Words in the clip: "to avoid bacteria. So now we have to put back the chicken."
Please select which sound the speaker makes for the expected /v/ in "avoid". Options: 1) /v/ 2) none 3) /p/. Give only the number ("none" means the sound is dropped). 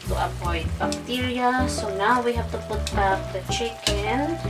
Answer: 3